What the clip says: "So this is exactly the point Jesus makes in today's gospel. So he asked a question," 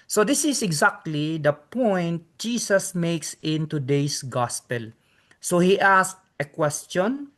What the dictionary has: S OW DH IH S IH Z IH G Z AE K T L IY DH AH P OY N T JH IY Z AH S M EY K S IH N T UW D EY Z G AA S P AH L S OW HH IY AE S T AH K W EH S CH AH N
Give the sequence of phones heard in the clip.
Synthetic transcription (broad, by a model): S OW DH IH S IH S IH G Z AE K T L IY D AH P OY N T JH IY S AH S M EY K S IH N T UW D EY S G AA S P AH L S OW HH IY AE S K AH K W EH S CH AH N